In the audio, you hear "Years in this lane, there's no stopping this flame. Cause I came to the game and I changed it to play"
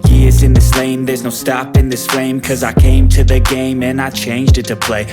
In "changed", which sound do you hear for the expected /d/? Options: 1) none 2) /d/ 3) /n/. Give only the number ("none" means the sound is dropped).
2